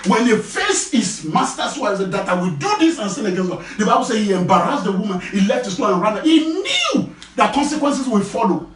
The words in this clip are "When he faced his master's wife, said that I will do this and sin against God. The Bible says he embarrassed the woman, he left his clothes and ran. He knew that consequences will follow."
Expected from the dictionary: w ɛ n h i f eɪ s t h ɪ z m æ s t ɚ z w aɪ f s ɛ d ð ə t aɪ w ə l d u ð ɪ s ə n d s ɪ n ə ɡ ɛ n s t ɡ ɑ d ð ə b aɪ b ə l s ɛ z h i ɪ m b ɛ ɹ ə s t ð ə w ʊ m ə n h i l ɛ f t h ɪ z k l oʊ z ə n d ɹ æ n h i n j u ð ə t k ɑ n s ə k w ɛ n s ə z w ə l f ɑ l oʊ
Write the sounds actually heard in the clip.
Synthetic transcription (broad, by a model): w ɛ n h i f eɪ s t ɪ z m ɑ s t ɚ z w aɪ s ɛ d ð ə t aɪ w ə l d u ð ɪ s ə n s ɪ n ə ɡ ɛ n s t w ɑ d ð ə b aɪ b ə l s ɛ h i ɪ m b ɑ ɹ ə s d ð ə w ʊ m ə n h i l ɛ f t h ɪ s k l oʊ ə n ɹ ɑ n h i n j u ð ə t k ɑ n s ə k w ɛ n s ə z w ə f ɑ l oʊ